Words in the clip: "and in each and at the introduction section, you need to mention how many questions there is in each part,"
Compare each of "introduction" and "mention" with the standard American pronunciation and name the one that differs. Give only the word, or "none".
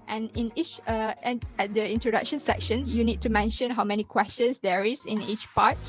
none